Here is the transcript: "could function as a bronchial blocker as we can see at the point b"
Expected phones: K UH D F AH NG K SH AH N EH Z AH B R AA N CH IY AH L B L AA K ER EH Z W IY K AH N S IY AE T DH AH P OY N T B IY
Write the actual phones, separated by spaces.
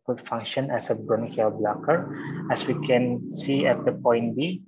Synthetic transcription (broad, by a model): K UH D F AH NG K SH AH N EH S AH B R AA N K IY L B L AA K ER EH S W IY K AH N S IY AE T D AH P OY N T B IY